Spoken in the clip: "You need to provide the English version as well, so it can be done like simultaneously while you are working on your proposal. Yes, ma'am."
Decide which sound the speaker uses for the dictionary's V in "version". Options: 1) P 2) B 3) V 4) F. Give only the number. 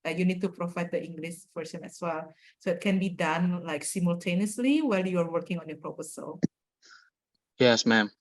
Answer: 4